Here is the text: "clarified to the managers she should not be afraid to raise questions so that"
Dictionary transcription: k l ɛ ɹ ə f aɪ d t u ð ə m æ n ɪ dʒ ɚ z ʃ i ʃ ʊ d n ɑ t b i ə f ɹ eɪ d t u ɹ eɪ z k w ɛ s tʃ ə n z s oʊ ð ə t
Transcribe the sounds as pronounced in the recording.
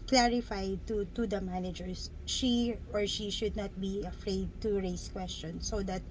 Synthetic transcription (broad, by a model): k l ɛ ɹ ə f aɪ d t u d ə m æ n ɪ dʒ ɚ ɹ ʃ i ʃ ʊ d n ɑ t b i ə f ɹ eɪ d t u ɹ eɪ s k w ɛ s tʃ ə n s oʊ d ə t